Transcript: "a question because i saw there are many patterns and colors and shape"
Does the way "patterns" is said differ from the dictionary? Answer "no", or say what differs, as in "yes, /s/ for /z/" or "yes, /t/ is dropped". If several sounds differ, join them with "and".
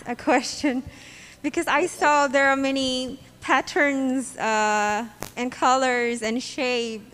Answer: no